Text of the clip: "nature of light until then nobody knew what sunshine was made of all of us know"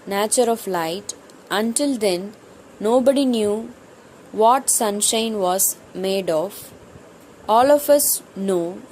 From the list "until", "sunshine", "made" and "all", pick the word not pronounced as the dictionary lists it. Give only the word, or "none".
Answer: none